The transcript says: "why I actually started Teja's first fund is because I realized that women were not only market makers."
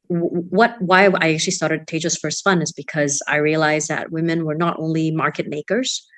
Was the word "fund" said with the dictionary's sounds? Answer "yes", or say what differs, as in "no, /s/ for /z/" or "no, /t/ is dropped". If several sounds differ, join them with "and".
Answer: no, /d/ is dropped